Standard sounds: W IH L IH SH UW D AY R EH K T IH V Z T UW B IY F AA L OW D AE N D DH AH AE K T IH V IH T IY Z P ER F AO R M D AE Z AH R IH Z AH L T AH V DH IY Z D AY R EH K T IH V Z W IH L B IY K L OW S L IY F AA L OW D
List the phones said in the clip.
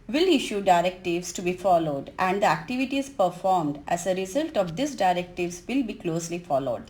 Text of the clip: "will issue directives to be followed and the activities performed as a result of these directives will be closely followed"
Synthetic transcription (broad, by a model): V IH L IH SH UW D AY R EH K T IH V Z T UW B IY F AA L OW D AE N D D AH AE K T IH V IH T IY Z P ER F AO R M D AE Z AH R IH Z AH L T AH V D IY S D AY R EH K T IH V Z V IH L B IY K L OW S L IY F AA L OW D